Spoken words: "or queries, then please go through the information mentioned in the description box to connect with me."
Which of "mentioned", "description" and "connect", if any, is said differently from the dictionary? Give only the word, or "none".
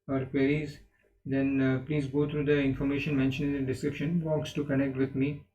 mentioned